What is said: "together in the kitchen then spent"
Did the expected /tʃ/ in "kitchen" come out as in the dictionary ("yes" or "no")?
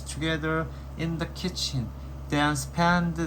yes